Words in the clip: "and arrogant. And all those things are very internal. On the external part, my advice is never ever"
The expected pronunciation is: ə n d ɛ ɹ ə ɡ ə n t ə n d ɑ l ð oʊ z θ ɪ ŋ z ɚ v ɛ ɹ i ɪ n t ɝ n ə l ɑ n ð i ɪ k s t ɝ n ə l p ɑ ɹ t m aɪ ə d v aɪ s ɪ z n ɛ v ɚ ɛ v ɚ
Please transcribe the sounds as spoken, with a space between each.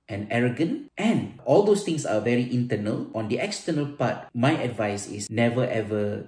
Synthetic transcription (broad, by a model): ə n ɛ ɹ ə ɡ ə n t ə n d ɑ l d oʊ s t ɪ ŋ s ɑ v ɛ ɹ i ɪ n t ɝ n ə l ɑ n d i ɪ k s t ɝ n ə l p ɑ t m aɪ ə d v aɪ s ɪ s n ɛ v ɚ ɛ v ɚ